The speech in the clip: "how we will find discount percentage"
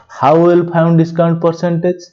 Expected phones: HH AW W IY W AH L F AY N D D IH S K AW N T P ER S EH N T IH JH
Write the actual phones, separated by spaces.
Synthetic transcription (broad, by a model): HH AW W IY L P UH N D D IH S K AW N T P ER S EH N T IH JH